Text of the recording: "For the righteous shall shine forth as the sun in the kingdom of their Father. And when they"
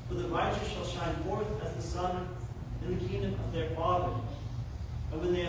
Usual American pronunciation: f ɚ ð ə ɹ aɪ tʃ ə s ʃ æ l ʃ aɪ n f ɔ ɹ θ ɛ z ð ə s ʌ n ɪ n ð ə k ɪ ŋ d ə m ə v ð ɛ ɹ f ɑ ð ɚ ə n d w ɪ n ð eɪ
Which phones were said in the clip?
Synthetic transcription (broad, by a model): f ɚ ð ə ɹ aɪ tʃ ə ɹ ʃ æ l ʃ aɪ n f ɔ ɹ θ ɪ z ð ə s ʌ n ɪ n ð ə k ɪ ŋ d ə m ə v ð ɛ ɹ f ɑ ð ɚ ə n w ɪ n ð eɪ